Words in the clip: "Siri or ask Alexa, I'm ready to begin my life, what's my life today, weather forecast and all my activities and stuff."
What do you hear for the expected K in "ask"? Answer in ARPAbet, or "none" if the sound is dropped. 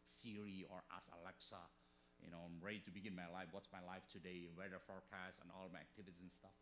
none